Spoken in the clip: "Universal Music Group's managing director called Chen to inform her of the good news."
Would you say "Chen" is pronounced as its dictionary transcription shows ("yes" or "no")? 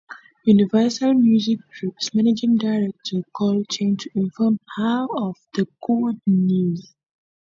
yes